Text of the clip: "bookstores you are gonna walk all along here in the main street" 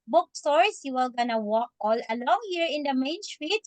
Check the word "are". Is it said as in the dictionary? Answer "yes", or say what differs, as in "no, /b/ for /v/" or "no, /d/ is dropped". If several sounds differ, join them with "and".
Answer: no, /l/ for /ɹ/